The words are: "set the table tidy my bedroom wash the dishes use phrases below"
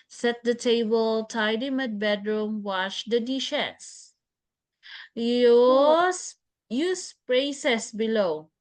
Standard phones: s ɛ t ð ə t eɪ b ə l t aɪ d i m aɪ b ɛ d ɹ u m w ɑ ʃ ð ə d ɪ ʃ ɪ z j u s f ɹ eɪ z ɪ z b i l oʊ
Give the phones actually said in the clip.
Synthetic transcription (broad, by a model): s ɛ t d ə t eɪ b ə l t aɪ d i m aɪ b ɛ d ɹ u m w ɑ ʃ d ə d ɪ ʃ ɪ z j u s p ɹ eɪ s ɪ s b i l oʊ